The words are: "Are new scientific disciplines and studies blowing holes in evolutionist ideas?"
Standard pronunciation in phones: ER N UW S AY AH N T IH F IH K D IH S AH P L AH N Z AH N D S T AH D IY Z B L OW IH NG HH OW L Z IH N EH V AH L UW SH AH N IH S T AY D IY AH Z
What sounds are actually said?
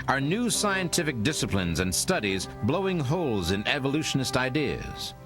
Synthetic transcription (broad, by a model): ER N UW S AY AH N T IH F IH K D IH S AH P L AH N Z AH N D S T AH D IY Z B L OW IH NG HH OW L Z IH N EH V AH L UW SH AH N IH S T AY D IY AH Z